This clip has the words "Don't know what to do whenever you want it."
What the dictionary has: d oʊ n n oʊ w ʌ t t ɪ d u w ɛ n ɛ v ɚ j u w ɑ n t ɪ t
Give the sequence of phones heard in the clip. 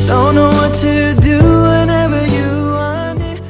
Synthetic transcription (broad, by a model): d oʊ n n oʊ w ʌ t t ɪ d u w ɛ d ɛ v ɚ j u w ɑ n ɪ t